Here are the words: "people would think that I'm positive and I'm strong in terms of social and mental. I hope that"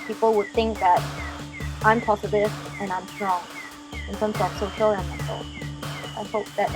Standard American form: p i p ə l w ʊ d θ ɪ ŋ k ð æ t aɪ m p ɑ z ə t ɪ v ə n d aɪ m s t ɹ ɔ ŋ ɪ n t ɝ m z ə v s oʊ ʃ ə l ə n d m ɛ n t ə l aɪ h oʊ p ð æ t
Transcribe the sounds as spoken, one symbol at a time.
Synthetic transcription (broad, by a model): p i p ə l w ʊ d θ ɪ ŋ k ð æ t aɪ m p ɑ s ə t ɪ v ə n aɪ m s t ɹ ɔ ŋ ɪ n t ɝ m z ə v s oʊ ʃ ə l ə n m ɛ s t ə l aɪ h oʊ p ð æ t